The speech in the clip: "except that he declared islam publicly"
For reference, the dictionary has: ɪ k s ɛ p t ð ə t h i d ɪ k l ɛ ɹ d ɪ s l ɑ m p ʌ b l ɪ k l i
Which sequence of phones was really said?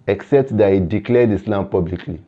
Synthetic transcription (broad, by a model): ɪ k s ɛ p t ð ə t h i d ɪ k l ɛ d ɪ s l ɑ m p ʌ b l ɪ k l i